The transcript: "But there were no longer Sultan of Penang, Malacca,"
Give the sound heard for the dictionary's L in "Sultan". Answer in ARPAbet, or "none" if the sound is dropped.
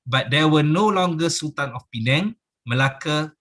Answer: none